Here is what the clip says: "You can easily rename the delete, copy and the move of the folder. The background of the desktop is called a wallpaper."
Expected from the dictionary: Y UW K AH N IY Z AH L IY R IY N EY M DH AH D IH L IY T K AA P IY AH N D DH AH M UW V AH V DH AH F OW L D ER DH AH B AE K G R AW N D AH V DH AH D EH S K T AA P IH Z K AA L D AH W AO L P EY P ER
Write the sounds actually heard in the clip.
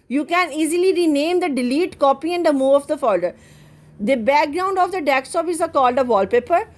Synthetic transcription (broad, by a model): Y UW K AH N IY Z AH L IY R IY N EY M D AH D IH L IY T K AA P IY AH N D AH M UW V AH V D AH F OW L D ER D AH B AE K G R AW N D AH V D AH D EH K S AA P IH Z K AA L D AH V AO L P EY P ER